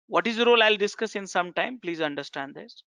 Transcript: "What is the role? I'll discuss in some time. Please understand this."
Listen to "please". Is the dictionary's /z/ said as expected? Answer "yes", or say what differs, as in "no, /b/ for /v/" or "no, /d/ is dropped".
yes